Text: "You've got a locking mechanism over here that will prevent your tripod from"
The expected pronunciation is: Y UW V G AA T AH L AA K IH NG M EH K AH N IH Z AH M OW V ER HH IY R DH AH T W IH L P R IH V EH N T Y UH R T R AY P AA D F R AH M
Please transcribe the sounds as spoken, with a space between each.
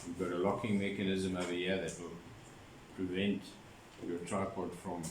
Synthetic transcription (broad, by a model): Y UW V G AA T AH L AA K IH NG M EH K AH N IH Z AH M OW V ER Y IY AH DH AH T W IH L P R IH V EH N T Y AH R T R AY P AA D F R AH M